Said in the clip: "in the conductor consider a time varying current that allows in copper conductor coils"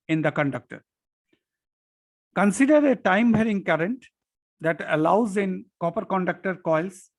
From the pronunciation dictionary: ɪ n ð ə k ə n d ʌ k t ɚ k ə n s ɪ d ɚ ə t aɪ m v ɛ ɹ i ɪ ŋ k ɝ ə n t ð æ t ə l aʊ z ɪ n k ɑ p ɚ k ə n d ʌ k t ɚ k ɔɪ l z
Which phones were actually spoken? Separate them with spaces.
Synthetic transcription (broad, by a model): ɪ n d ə k ə n d ʌ k t ɚ k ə n s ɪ d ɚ ə t aɪ m b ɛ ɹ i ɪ ŋ k ɝ ə n t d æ t ə l aʊ z ɪ n k ɑ p ɚ k ə n d ʌ k t ɚ k ɔɪ l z